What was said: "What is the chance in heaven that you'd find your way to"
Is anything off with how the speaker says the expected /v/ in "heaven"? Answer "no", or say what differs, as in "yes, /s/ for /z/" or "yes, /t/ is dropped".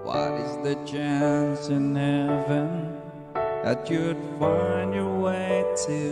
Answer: no